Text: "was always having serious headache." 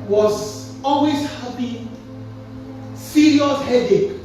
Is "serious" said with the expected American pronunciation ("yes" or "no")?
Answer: no